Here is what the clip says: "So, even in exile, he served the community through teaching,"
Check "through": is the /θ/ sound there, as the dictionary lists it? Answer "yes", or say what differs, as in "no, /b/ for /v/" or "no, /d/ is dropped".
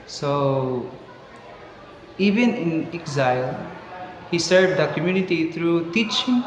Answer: no, /t/ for /θ/